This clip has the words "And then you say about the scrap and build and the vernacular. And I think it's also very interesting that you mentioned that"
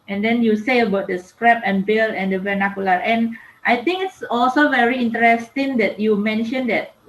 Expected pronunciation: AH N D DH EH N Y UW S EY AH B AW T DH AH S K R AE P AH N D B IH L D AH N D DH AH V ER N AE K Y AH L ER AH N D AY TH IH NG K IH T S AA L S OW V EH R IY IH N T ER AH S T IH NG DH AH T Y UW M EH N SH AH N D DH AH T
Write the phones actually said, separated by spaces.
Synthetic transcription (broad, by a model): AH N D EH N Y UW S EY AH B AW T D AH S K R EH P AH N B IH L AH N D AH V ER N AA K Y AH L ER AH N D AY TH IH NG K IH T S AA L S OW V EH R IY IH N T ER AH S T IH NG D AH T Y UW M EH N SH AH N D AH T